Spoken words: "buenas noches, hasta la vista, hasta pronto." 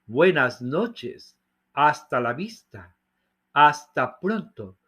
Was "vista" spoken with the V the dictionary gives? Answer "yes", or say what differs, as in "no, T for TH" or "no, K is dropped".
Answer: no, B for V